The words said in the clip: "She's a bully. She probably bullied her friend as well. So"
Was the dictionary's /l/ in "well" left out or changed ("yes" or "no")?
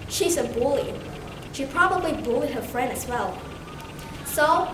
no